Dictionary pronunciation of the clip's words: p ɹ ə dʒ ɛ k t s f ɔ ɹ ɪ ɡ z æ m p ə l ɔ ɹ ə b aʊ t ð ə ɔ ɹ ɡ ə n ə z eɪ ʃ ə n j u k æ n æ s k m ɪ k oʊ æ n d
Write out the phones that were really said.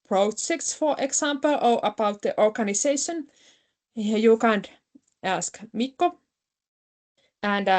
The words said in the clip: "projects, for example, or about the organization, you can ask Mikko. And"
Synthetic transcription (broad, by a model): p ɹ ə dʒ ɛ k t s f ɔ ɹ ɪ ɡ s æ m p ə l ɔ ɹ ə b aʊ t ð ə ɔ ɹ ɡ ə n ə s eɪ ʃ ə n j u k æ n æ s k m ɪ k oʊ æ n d